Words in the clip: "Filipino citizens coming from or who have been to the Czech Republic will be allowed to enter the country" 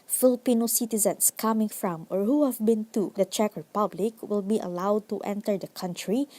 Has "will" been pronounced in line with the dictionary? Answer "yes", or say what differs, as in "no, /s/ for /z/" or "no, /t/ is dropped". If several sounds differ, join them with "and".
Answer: yes